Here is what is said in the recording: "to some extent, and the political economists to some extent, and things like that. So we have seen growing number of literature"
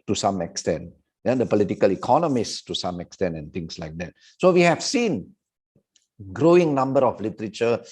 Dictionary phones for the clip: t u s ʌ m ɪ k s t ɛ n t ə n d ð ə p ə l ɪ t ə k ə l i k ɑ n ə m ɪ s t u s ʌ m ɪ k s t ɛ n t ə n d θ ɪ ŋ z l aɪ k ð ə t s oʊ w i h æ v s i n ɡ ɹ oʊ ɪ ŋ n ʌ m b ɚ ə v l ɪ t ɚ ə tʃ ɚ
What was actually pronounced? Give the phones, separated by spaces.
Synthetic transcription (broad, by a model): t u s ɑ m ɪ k s t ɛ n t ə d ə p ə l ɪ t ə k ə l i k ɑ n ə m ɪ s t u s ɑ m ɪ k s t ɛ n t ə n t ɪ ŋ s l aɪ k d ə t s oʊ w i h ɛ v s i n ɡ ɹ oʊ ɪ ŋ n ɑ m b ɚ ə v l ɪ t ɚ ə tʃ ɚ